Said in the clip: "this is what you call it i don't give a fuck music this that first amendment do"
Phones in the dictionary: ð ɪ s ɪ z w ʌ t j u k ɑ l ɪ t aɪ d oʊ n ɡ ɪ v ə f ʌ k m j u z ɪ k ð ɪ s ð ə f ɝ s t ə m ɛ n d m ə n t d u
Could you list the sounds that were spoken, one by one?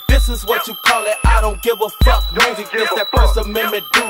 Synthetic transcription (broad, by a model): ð ɪ s ɪ z w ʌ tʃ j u k ɑ l ɪ t aɪ d oʊ n ɡ ɪ v ə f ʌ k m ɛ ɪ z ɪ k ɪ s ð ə p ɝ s ə m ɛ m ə t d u